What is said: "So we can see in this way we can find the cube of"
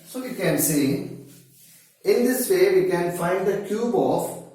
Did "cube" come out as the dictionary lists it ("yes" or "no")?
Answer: yes